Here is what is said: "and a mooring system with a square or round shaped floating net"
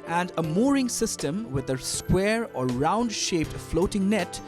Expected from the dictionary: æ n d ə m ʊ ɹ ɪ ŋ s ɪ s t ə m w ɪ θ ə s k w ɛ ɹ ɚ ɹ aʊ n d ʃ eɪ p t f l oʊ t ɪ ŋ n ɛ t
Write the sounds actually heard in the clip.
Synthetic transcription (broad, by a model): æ n d ə m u ɹ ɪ ŋ s ɪ s t ə m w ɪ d ə s k w ɛ ɹ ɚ ɹ aʊ n d ʃ eɪ p t f l oʊ t ɪ ŋ n ɛ t